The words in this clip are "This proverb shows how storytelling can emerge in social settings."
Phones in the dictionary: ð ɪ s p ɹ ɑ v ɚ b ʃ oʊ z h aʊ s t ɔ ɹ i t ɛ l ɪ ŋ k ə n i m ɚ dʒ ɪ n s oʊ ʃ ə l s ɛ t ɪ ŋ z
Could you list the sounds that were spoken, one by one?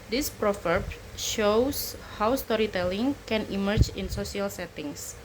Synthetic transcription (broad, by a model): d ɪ s p ɹ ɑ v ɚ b ʃ oʊ s h aʊ s t ɔ ɹ i t ɛ l ɪ ŋ k ə n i m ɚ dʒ ɪ n s oʊ s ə l s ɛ t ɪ ŋ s